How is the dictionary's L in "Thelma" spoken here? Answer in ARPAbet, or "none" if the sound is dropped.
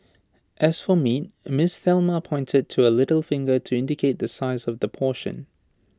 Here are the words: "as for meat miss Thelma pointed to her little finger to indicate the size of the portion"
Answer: L